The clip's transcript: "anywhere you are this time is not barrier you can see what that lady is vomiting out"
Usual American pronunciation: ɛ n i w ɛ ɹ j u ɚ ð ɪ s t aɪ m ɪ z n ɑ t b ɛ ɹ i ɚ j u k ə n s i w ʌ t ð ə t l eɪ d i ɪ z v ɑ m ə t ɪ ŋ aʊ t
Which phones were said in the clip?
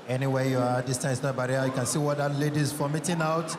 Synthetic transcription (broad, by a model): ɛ n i w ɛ j u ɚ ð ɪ s t aɪ m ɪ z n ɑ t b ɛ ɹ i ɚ j u k ə n s i w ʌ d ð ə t l eɪ d i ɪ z f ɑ m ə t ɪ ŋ aʊ t